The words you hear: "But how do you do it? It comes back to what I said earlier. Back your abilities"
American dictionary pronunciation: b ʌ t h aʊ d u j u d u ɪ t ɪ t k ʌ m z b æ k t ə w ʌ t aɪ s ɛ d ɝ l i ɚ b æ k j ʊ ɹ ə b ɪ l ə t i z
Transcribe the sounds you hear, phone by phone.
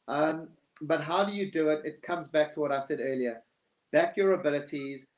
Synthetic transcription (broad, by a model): b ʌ t h aʊ d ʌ j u d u ɪ t ɪ t k ʌ m z b æ k t ə w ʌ t aɪ s ɛ d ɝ l i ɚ b æ k j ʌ ɹ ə b ɪ l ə t i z